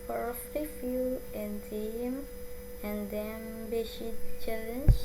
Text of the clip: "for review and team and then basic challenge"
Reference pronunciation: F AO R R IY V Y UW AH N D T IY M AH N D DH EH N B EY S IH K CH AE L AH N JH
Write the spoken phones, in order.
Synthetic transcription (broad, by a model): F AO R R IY F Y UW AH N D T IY M AH N D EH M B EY SH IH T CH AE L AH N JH